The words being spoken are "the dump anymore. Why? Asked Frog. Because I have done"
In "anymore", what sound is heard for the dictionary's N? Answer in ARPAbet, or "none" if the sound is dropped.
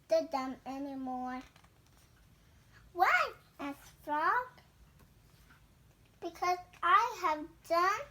N